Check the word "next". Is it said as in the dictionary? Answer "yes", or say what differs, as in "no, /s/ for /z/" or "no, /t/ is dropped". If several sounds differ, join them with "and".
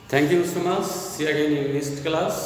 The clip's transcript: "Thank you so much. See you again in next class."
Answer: no, /k/ is dropped